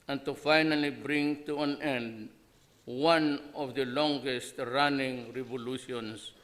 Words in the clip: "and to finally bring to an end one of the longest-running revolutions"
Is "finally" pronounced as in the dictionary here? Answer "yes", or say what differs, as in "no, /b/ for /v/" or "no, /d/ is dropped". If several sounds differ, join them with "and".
yes